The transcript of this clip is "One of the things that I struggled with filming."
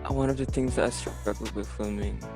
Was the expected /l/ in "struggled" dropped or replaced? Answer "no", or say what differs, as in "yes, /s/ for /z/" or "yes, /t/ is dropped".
yes, /l/ is dropped